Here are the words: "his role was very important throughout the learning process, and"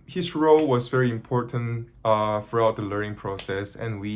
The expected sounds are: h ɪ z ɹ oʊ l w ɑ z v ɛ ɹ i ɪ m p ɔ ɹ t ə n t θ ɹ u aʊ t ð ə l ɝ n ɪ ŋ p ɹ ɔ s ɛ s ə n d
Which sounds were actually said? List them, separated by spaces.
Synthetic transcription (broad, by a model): h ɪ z ɹ oʊ l w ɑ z v ɛ ɹ i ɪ m p ɔ ɹ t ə n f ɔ ɹ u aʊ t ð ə l ɝ n ɪ ŋ p ɹ ɔ s ɛ s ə n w